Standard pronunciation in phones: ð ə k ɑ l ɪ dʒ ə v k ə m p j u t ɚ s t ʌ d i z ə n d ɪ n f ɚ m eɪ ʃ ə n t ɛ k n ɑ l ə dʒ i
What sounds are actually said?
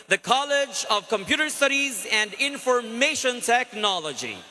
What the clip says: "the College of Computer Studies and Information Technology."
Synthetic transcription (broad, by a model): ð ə k ɑ l ɪ dʒ ə v k ə m p j u t ɚ s t ʌ d i z ə n d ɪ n f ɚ m eɪ ʃ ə n t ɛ k n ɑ l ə dʒ i